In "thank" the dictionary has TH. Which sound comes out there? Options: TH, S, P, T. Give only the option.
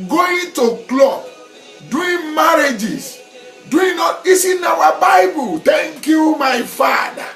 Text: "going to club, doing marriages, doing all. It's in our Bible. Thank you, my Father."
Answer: T